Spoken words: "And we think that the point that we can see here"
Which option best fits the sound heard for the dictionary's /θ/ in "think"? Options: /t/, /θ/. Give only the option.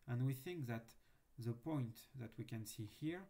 /θ/